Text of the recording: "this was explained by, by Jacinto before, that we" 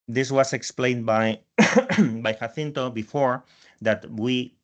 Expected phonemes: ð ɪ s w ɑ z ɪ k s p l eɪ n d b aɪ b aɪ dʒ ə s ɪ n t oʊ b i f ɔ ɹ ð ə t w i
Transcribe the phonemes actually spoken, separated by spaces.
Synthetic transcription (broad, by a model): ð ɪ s w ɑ s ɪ k s p l eɪ n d b aɪ b aɪ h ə θ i n t oʊ b i f ɔ ɹ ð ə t w i